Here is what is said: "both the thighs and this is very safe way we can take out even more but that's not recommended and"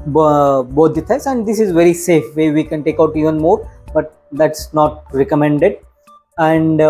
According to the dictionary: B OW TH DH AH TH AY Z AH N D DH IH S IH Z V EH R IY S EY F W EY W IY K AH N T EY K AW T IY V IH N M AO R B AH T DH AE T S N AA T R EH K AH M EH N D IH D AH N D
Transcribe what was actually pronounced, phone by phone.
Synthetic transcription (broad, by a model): B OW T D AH T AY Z AH N D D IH S IH Z V EH R IY S EY F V EY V IY K AH N T EY K AW T IY V IH N M AO R B AH T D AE T S N AA T R EH K AH M EH N D IH D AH N D